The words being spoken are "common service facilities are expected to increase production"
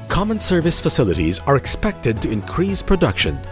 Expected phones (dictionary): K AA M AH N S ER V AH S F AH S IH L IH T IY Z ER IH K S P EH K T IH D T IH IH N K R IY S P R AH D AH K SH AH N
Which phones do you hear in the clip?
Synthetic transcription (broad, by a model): K AA M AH N S ER V AH S F AH S IH L IH T IY Z ER IH K S P EH K T IH D T IH IH N K R IY S P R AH D AH K SH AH N